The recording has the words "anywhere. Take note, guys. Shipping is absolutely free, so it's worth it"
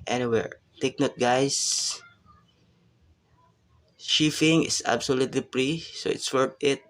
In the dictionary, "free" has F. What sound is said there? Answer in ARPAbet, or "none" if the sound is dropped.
P